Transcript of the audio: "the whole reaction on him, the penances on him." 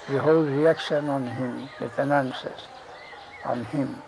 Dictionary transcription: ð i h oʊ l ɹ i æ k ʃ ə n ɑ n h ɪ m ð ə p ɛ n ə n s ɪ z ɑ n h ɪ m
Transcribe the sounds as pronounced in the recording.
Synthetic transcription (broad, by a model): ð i h oʊ l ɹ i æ k s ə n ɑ n h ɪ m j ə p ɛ n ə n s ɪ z ɑ n h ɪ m